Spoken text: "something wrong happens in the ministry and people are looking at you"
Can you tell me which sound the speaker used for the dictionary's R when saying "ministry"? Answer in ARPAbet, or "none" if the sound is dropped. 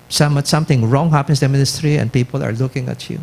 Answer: R